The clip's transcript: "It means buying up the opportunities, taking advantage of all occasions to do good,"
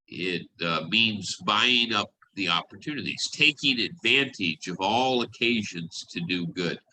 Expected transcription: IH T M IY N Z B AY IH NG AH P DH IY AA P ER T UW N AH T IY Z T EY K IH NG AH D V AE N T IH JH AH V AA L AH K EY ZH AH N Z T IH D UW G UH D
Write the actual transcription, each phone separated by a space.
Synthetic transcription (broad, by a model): IH T M IY N Z B AY IH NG AH P DH IY AA P ER T UW N AH T IY Z T EY K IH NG AH D V AE N T IH JH AH V AA L AH K EY ZH AH N Z T IH D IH G UH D